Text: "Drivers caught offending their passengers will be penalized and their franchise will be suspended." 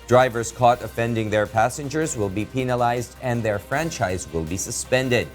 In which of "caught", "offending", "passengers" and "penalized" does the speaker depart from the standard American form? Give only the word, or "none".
none